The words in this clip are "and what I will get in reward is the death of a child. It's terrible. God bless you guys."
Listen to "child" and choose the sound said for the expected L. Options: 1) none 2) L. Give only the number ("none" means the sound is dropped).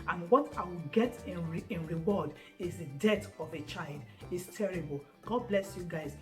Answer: 2